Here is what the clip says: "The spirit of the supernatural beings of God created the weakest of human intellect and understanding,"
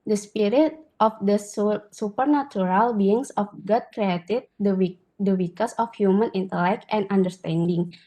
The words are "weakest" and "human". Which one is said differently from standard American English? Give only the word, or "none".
weakest